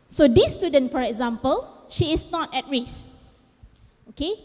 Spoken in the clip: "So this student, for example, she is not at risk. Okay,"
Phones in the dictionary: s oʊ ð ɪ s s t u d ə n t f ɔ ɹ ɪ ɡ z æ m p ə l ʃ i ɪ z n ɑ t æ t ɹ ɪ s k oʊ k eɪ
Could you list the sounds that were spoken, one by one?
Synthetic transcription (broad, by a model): s oʊ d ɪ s s t u d ə n t f ɔ ɹ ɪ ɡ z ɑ m p ə l ʃ i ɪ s n ɑ t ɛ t ɹ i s oʊ k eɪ